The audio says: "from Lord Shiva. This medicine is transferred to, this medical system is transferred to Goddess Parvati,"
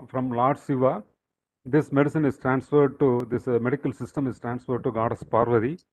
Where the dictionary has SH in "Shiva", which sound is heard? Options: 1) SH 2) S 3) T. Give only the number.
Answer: 2